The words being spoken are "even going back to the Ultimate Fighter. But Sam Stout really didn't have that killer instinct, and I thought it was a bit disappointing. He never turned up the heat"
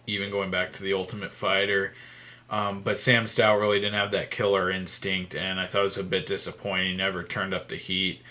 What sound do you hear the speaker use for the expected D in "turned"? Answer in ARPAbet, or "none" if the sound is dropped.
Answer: D